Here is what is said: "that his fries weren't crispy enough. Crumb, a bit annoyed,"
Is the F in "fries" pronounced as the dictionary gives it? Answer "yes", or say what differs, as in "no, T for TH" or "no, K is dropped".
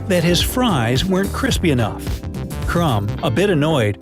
yes